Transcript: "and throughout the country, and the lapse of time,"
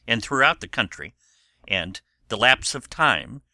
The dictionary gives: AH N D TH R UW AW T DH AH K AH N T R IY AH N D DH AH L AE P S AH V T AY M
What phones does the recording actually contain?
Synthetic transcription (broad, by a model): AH N TH R UW AW T DH AH K AH N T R IY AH N DH AH L AE P S AH V T AY M